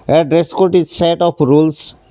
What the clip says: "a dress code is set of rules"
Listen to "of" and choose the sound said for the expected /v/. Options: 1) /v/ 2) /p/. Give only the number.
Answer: 2